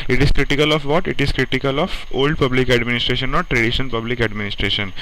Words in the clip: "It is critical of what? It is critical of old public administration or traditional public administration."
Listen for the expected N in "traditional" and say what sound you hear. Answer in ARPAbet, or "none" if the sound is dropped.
none